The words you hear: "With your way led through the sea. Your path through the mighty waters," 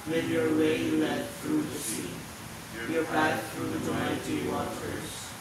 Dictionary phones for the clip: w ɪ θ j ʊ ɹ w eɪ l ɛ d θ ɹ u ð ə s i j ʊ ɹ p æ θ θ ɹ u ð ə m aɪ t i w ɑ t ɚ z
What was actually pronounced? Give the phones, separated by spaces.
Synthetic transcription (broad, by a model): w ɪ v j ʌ ɹ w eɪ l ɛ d θ ɹ u ð ə s i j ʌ ɹ b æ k θ ɹ u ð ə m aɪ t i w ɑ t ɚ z